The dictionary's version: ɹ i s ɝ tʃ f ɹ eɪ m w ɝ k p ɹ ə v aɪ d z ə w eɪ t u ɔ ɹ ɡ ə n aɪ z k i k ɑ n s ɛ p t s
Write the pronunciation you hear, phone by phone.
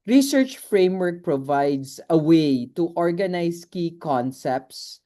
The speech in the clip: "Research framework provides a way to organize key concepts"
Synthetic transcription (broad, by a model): ɹ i s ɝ tʃ f ɹ eɪ m w ɝ k p ɹ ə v aɪ d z ə w eɪ t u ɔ ɹ ɡ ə n aɪ s k i k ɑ n s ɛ p t s